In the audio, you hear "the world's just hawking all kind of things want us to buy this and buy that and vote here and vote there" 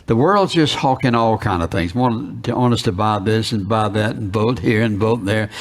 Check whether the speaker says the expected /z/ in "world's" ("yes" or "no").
yes